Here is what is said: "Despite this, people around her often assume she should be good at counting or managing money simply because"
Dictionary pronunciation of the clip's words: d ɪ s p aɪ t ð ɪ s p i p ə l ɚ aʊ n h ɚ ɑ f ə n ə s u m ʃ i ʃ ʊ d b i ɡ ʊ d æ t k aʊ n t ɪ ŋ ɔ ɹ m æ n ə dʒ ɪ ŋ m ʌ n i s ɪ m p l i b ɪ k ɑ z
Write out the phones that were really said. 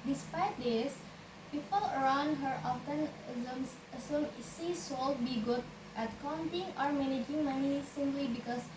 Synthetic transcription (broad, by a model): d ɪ s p aɪ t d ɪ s p i p ə l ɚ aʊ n h ɚ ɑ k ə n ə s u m s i s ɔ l b i ɡ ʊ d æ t k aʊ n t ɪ ŋ ɔ ɹ m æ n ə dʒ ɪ ŋ m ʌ n i s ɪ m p l i b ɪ k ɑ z